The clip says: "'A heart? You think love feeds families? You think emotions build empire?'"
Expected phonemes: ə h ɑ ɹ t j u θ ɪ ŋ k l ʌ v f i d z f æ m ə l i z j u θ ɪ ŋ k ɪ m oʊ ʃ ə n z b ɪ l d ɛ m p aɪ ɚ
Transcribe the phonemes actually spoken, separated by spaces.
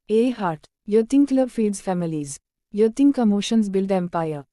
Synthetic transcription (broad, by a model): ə h ɑ ɹ t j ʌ t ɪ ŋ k l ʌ b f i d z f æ m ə l i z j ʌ t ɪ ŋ k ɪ m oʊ ʃ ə n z b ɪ l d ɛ m p aɪ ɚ